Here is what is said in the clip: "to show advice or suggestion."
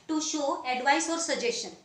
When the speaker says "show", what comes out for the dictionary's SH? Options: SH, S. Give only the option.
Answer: SH